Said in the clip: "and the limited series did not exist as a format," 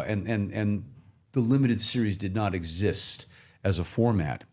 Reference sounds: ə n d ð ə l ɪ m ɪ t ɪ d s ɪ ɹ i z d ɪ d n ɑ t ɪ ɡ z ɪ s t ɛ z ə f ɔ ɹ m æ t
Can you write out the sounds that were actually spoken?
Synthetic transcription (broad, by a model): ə n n ð ə l ɪ m ɪ t ɪ d s ɪ ɹ i z d ɪ d n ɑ t ɪ ɡ z ɪ s t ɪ z ə f ɔ ɹ m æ t